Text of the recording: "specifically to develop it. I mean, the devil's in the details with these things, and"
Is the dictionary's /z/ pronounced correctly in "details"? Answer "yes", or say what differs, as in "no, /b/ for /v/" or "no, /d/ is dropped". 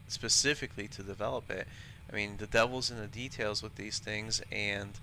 yes